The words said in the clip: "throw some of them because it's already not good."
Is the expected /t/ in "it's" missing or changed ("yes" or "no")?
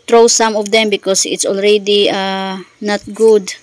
no